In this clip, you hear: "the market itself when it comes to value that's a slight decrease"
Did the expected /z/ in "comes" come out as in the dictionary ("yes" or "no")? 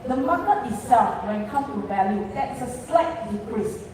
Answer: no